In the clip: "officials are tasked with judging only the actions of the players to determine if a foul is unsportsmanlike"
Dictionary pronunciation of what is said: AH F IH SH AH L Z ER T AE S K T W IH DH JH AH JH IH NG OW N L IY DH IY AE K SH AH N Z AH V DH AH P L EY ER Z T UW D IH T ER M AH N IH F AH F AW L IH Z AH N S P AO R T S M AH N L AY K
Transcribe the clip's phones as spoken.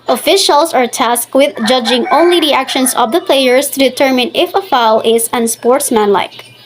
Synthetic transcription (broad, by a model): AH F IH SH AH L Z ER T AE S K T W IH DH JH AH JH IH NG OW N L IY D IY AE K SH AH N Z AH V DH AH P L EY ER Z T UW D IH T ER M AH N IH F AH F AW L IH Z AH N S P AO R T S M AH N L AY K